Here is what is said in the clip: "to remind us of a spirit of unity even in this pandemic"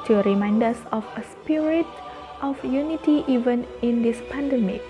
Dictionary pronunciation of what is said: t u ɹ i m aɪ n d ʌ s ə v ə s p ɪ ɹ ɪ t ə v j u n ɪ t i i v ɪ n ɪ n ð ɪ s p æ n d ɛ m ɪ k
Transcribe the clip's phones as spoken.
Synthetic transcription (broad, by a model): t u ɹ i m aɪ n d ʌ s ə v ə s p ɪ ɹ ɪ t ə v j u n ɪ t i i v ɪ n ɪ n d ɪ s p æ n d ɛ m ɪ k